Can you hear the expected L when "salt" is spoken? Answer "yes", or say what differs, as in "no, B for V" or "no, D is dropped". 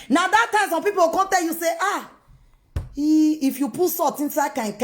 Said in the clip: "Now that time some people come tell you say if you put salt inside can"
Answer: no, L is dropped